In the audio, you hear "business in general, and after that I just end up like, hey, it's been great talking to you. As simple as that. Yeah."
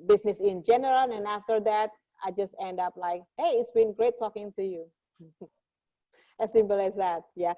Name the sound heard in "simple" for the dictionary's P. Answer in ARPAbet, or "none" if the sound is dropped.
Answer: B